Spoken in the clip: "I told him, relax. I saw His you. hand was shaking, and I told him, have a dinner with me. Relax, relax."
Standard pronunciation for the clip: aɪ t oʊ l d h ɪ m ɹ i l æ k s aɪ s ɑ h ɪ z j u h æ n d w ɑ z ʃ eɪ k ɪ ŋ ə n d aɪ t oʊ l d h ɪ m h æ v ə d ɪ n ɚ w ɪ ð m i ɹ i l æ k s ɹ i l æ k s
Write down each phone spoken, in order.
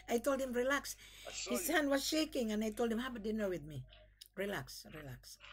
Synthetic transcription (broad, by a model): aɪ t oʊ l d h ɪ m ɹ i l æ k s s h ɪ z h æ n d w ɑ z ʃ eɪ k ɪ ŋ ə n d aɪ t oʊ l d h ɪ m h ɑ b ə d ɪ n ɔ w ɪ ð m i ɹ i l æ k s ɹ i l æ k s